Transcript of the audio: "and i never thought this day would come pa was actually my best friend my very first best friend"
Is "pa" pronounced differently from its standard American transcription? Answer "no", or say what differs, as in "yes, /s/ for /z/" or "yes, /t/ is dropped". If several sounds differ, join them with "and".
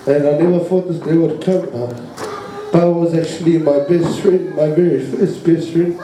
yes, /b/ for /p/